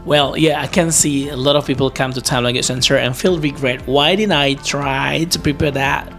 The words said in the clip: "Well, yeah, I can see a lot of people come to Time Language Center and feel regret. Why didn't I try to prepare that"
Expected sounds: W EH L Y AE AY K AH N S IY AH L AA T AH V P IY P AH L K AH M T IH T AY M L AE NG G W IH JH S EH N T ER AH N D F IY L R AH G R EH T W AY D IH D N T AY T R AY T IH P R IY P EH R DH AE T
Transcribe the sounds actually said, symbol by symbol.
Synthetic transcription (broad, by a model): W EH L Y AE AY K AH N S IY AH L AA T AH V P IY P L K AH M T IH T AY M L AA G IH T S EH N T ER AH N F IY L R AH G R EH T W AY D IH D N T AY T R AY T IH P R IY P EH R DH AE T